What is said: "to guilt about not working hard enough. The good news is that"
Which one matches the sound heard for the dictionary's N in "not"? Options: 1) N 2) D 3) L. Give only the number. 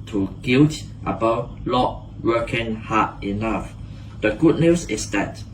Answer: 3